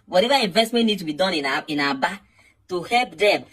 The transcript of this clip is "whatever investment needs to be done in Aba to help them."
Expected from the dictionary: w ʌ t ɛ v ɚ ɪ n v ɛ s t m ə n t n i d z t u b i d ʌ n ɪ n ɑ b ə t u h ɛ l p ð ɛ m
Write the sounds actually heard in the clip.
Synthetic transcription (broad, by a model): w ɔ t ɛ v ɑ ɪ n v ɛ s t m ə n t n i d t u b i d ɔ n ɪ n ɑ b ə t u h ɛ l p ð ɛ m